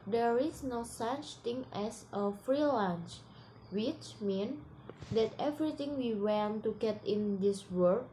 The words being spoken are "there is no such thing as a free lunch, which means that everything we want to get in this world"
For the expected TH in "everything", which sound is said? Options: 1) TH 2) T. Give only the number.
2